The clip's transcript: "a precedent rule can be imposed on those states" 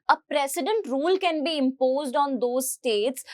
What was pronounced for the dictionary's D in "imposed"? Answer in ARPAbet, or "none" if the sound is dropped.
D